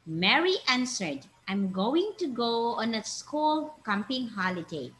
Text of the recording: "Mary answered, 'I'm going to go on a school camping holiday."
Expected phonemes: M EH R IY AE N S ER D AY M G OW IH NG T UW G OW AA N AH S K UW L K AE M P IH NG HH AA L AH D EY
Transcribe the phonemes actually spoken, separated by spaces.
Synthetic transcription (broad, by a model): M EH R IY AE N S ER D AY M G OW IH NG T UW G OW AA N AH S K UW L K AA M P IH NG HH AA L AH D EY